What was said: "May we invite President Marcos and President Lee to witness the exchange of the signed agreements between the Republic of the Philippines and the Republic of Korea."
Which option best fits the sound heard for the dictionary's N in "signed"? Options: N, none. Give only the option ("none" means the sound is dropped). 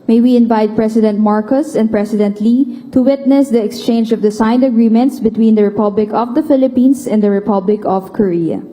N